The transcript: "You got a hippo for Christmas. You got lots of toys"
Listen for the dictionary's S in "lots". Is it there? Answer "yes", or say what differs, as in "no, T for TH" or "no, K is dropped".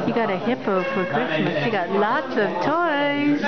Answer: yes